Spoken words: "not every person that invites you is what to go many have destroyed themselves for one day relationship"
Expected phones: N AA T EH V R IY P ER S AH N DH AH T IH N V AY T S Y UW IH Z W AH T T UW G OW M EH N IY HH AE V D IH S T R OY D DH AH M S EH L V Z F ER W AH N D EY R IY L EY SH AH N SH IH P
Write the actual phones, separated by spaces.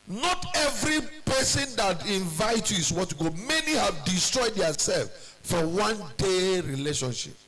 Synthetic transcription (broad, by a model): N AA T EH V R IY P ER S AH N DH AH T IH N V AY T Y UW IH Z W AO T T UW G OW M EH N IY HH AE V D IH S T R OY D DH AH S EH L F F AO W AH N D EY R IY L EY SH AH N SH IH P